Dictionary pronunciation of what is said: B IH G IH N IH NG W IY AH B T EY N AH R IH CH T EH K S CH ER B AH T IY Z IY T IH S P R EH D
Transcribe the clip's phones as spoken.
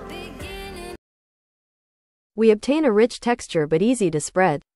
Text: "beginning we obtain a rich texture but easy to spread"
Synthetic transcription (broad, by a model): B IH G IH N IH W IY AH B T EY N AH R IH CH T EH K S CH ER B AH T IY Z IY T IH S P R EH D